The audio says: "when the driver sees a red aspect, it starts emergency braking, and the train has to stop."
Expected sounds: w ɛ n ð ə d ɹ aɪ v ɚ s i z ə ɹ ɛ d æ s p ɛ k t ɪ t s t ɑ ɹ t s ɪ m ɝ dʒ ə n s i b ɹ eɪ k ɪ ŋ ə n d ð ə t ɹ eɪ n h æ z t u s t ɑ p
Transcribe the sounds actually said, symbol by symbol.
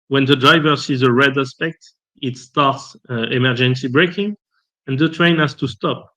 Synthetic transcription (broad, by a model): w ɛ n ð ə d ɹ aɪ v ɚ s i z ə ɹ ɛ d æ s p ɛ k t ɪ t s t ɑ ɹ t s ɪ m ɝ dʒ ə n s i b ɹ eɪ k ɪ ŋ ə n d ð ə t ɹ eɪ n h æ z t u s t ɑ p